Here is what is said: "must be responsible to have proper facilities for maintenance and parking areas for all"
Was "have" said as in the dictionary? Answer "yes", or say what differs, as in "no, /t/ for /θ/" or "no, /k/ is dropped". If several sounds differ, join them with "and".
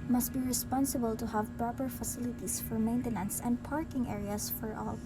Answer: yes